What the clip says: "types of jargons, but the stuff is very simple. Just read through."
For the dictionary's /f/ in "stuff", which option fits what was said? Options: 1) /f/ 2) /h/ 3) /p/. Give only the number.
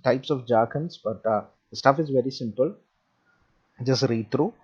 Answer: 1